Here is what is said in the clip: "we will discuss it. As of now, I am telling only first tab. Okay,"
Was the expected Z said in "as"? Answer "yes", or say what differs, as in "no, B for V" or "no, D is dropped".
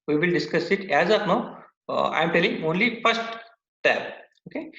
yes